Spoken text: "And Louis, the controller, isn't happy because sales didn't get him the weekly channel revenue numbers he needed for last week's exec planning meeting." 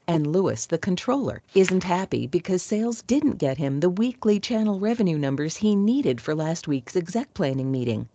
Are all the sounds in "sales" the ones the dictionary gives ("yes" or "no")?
yes